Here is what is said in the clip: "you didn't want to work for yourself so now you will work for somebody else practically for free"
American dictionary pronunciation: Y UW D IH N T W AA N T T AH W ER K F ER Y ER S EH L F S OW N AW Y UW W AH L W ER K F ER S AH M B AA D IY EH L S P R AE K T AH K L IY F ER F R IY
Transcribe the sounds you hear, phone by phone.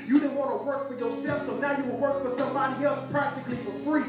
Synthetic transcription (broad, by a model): Y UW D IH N W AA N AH W ER K F ER Y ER S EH F S OW N AW Y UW W AH L W ER K F ER S AH M B AA D IY EH L S P R AE K T AH K L IY F ER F R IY